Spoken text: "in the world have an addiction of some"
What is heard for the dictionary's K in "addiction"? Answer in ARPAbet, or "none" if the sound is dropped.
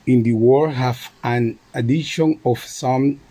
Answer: none